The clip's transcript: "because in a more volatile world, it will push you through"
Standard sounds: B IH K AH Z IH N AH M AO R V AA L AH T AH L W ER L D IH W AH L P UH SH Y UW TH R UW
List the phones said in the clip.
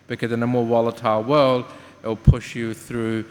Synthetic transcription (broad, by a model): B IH K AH Z IH N AH M AO R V AA L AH T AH L W ER L D IH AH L P UH SH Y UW TH R UW